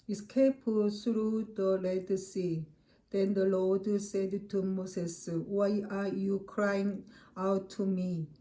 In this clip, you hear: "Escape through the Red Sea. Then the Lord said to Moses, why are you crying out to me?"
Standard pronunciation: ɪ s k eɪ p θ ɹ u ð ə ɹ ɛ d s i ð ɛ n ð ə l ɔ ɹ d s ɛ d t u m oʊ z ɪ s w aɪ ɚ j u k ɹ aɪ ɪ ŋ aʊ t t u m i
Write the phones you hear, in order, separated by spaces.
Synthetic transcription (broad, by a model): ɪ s k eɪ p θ ɹ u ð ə l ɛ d s i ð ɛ n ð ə l ɔ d s ɛ d t u m oʊ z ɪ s w aɪ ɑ j u k ɹ aɪ ɪ ŋ aʊ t t u m i